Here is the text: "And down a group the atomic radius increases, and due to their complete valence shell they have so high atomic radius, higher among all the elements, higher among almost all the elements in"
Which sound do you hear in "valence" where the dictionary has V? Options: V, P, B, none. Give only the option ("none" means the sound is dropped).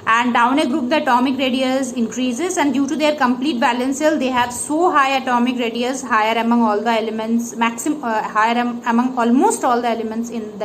B